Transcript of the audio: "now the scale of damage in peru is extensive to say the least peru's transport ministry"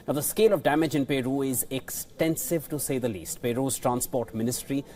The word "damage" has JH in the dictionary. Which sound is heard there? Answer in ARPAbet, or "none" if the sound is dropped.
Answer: JH